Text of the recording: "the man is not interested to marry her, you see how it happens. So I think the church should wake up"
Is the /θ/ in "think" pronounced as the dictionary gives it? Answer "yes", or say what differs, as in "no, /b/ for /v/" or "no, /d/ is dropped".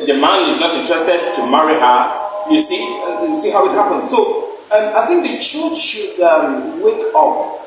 yes